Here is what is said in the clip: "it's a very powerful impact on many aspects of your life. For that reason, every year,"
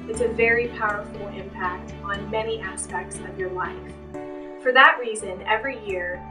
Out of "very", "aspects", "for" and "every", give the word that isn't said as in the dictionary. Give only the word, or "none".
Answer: none